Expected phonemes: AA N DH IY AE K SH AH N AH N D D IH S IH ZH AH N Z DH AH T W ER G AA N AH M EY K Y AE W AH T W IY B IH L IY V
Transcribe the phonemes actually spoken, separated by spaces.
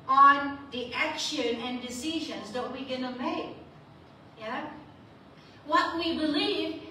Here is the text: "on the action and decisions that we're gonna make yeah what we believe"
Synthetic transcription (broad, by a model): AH N DH IY AE K SH AH N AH N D D IH S IH ZH AH N Z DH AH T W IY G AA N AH M EY K Y AE W AH T W IY B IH L IY V